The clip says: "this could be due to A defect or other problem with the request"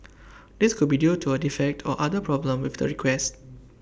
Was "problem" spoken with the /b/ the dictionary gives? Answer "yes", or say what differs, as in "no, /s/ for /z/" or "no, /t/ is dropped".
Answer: yes